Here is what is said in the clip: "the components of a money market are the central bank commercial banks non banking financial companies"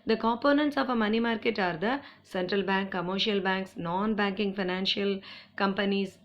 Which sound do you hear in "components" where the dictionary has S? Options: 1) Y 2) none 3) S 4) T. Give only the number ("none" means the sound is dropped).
3